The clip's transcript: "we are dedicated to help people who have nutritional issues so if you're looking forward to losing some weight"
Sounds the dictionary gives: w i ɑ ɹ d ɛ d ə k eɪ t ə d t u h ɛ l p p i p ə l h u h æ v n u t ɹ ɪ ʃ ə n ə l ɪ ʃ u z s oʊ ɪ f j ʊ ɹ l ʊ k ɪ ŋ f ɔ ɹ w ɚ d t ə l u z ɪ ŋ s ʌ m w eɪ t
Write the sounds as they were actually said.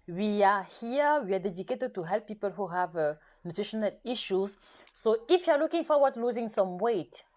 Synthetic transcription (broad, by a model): w i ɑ w d ɛ d ə k eɪ t ə d t u h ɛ l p p i p ə l h u h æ v n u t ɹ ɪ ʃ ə n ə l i ʃ u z s oʊ ɪ f j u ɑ l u k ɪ ŋ f ɔ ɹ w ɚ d l u z ɪ ŋ s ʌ m w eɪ t